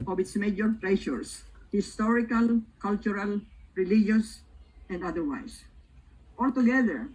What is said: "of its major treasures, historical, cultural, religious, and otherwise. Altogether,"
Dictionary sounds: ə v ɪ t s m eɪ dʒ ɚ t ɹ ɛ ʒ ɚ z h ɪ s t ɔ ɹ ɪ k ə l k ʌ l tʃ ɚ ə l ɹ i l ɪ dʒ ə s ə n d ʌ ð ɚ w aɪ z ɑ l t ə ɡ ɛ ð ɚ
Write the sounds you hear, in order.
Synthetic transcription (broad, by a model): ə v ɪ t s m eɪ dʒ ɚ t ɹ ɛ ʃ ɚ s h ɪ s t ɔ ɹ ɪ k ə l k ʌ l tʃ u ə l ɹ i l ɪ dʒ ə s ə n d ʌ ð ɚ w aɪ s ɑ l t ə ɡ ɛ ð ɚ